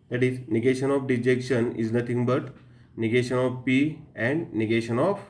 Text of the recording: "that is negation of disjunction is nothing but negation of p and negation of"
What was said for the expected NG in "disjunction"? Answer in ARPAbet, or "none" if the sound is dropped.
none